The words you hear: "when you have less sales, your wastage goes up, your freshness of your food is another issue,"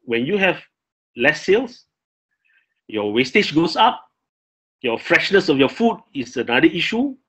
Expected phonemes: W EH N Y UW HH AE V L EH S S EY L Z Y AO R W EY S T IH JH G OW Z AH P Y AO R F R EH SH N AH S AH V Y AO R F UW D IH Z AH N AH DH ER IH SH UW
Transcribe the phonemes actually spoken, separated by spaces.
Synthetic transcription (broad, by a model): W EH N Y UW HH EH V L EH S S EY L S Y AO W EY S T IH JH G OW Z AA P Y AO F R EH SH N AH S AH F Y AO F UW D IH S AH N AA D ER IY SH UW